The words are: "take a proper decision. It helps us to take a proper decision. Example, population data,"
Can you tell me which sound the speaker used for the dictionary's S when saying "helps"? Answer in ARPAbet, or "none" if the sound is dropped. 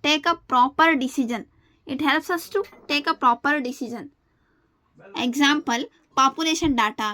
S